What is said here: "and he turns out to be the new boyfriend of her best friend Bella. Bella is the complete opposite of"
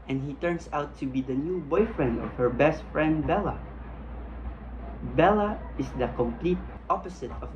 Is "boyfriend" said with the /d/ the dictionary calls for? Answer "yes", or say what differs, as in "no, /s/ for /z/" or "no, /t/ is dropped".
yes